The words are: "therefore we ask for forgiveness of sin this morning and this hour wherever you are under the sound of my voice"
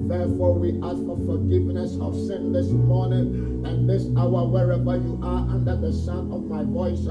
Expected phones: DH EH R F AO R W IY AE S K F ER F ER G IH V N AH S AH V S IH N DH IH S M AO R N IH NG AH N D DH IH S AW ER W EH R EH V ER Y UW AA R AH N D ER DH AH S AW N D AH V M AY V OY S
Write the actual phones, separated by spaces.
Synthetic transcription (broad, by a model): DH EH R F AO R W IY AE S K F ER F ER G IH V N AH S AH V S IH N DH IH S M AO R N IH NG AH N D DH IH S AW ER W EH R EH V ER Y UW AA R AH N D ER DH AH S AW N AH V M AY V OY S